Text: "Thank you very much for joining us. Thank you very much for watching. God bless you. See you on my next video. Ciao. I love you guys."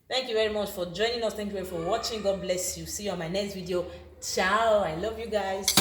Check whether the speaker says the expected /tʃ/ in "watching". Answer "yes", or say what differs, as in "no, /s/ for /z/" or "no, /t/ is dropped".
yes